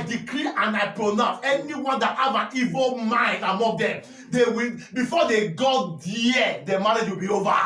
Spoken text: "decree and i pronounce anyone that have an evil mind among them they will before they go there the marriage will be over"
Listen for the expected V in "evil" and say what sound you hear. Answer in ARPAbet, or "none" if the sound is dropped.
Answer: V